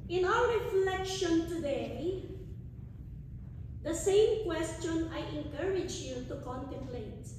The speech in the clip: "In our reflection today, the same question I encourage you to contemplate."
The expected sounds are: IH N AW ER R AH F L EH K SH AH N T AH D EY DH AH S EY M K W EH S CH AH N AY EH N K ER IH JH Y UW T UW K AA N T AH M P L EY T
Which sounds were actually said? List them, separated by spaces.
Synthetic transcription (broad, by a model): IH N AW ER R AH F L EH K SH AH N T AH D EY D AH S EY M K W EH S CH AH N AY EH N K ER IH JH Y UW T UW K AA N T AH M P L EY T